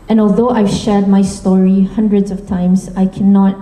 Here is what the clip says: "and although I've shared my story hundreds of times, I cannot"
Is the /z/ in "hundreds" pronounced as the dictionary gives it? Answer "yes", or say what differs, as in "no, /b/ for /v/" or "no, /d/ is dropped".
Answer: yes